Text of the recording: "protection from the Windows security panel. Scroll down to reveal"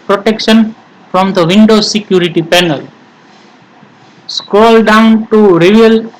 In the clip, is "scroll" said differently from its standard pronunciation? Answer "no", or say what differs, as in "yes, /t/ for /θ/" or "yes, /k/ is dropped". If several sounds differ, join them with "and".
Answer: yes, /ɹ/ is dropped